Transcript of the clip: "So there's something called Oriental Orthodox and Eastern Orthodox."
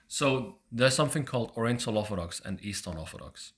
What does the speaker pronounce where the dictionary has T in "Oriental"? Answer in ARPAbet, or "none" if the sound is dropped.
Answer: S